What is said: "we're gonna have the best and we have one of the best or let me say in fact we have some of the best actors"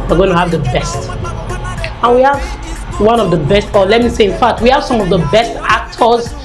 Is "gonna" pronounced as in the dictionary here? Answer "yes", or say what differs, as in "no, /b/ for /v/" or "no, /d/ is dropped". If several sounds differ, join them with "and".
no, /n/ is dropped